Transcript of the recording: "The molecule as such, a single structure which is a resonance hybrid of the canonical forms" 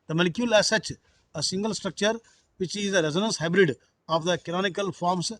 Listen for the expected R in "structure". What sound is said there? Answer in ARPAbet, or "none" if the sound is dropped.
R